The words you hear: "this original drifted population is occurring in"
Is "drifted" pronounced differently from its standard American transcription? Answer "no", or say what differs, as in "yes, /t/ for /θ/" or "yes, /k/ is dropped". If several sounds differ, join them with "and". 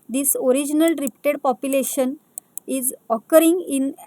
yes, /p/ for /f/